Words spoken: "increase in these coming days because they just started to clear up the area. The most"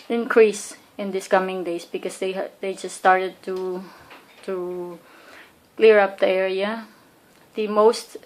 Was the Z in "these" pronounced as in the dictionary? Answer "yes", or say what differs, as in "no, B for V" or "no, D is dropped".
no, S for Z